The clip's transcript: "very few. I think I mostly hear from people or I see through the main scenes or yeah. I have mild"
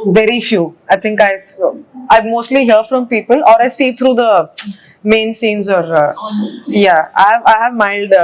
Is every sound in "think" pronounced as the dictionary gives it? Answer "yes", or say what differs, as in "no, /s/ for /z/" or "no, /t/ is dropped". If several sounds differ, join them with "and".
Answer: no, /t/ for /θ/